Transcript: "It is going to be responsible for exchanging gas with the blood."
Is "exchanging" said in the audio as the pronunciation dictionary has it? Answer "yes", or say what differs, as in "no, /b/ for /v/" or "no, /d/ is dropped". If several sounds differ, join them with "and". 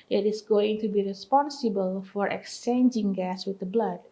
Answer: yes